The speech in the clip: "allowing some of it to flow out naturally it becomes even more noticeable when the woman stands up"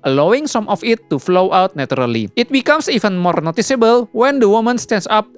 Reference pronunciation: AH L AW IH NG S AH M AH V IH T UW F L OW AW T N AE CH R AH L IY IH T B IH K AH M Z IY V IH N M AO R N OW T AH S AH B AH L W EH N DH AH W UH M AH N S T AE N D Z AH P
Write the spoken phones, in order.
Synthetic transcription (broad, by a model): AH L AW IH NG S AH M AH F IH T UW F L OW AW T N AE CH R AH L IY IH T B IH K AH M S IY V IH N M AO R N OW T AH S AH B AH L W EH N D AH W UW M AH N S T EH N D S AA P